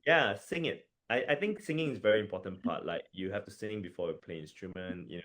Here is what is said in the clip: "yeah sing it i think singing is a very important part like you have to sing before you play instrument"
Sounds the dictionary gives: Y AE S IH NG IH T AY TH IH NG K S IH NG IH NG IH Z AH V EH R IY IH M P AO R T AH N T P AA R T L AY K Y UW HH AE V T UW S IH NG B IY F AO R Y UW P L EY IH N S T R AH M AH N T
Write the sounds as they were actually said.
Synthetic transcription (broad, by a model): Y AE S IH NG IH T AY TH IH NG K S IH NG IH NG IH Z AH V EH R IY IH M P AO T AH N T P AA T L AY K Y UW HH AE F T UW S IH NG B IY F AO Y UW P L EY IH N S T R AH M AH N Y